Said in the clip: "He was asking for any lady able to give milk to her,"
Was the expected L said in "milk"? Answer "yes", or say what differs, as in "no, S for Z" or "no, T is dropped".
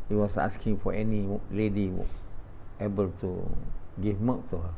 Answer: no, L is dropped